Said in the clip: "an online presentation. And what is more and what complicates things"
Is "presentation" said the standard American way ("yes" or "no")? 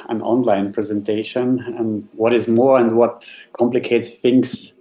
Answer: yes